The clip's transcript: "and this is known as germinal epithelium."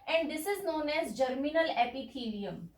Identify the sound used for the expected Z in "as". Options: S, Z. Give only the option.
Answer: Z